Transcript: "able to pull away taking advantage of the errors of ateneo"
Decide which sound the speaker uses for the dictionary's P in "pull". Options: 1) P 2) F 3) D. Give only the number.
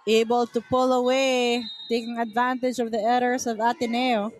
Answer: 1